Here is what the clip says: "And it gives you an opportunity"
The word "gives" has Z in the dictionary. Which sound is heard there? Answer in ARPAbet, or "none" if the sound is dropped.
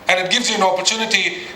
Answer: Z